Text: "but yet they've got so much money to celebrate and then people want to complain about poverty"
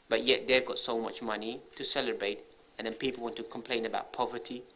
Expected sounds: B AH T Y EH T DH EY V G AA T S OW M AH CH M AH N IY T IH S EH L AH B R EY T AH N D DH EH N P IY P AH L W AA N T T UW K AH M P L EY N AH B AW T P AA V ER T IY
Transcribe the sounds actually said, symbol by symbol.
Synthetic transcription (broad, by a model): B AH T Y EH T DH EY V G AA T S OW M AH CH M AH N IY T IH S EH L AH B R EY T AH N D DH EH N P IY P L W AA N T T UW K AH M P L EY N AH B AW T P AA V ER T IY